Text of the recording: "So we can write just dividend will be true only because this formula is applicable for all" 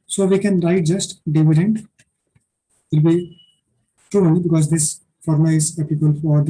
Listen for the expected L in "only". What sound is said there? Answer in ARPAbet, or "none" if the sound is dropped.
none